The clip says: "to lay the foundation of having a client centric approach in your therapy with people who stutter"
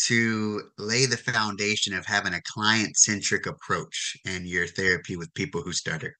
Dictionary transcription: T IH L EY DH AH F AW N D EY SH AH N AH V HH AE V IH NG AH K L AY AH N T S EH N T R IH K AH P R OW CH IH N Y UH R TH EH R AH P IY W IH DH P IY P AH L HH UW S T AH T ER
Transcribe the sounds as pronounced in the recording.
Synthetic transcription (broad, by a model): T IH L EY DH AH F AW N D EY SH AH N AH V HH AE V IH NG AH K L AY AH N T S EH N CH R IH K AH P R OW CH IH N Y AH R TH EH R AH P IY W IH DH P IY P L HH UW S T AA T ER